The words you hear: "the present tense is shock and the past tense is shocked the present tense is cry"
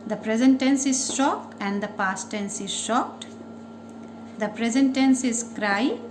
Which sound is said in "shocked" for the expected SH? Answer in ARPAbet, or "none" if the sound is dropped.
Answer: SH